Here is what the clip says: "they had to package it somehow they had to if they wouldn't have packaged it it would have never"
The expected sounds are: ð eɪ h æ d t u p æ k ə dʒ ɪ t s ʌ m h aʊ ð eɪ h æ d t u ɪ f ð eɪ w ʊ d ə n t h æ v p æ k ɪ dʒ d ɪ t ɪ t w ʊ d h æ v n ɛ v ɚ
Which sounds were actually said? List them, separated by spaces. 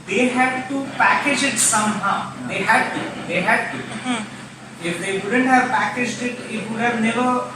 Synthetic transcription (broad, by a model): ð eɪ h æ d t u p æ k ə dʒ ɪ t s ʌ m h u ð eɪ h æ d t u ɪ f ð eɪ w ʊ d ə n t h æ v p æ k ɪ dʒ d ɪ t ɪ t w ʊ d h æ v n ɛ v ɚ